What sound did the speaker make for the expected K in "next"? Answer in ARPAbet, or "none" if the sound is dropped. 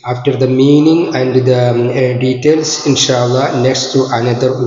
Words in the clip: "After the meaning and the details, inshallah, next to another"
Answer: K